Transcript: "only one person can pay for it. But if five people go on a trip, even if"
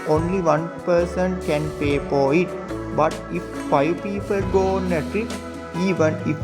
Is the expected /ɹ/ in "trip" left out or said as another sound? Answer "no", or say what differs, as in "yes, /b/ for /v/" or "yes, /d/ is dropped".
yes, /ɹ/ is dropped